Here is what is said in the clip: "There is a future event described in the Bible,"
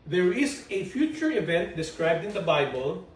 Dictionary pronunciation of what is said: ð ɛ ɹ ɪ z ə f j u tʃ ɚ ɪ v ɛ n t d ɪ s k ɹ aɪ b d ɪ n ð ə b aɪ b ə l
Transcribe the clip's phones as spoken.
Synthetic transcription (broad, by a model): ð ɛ ɹ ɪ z ə f j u tʃ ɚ ɪ v ɛ n t d ɪ s k ɹ aɪ b d ɪ n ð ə b aɪ b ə l